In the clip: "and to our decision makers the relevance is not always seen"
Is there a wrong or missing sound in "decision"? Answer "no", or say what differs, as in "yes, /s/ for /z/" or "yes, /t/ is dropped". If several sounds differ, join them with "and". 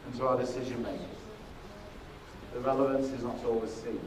no